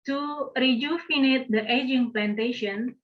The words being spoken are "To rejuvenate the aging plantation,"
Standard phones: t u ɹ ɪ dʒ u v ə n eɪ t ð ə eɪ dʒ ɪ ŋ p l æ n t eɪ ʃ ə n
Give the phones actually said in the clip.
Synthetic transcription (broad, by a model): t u ɹ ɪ dʒ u f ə n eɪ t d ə eɪ dʒ ɪ ŋ p l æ n t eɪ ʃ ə n